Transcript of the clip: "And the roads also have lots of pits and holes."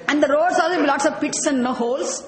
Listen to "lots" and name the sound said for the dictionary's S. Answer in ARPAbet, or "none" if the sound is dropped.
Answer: S